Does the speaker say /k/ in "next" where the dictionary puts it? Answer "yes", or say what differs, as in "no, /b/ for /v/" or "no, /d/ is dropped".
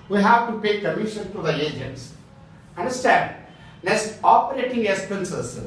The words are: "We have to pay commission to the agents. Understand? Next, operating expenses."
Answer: no, /k/ is dropped